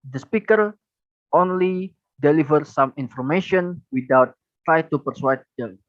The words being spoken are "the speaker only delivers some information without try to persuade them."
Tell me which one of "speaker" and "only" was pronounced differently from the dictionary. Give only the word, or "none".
none